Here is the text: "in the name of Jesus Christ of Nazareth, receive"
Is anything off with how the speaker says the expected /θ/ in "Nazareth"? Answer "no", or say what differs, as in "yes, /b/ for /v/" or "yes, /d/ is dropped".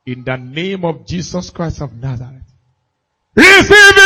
yes, /t/ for /θ/